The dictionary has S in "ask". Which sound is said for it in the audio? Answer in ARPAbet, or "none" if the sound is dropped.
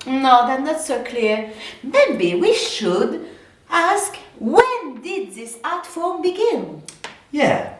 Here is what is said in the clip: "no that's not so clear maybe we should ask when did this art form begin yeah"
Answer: S